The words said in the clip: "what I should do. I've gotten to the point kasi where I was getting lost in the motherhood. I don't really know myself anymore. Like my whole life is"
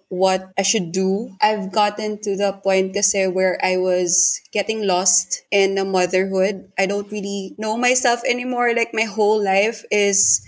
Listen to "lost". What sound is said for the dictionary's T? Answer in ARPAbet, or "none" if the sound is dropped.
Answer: T